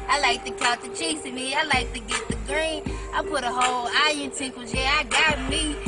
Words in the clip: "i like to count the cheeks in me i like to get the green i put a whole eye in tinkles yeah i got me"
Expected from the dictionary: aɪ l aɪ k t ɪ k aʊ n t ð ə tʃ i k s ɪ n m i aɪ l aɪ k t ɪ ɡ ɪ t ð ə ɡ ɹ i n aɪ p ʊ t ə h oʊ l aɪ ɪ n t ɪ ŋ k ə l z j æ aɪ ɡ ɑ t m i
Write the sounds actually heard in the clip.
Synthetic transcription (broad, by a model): aɪ l aɪ k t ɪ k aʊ t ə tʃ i s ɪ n m i aɪ l aɪ k t ɪ ɡ ɪ t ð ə ɡ ɹ i n aɪ p ʊ t ə h oʊ l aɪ ɪ n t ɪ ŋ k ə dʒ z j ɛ aɪ ɡ ɑ t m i